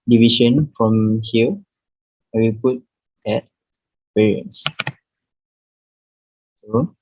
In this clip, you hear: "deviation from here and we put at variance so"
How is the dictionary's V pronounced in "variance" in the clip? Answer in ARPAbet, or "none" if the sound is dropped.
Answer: P